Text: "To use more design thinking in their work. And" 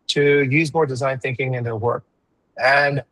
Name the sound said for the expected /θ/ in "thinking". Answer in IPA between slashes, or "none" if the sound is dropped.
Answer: /θ/